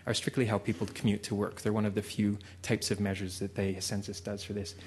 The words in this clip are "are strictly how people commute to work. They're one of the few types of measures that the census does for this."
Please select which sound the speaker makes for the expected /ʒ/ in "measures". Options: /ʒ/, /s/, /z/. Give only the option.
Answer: /ʒ/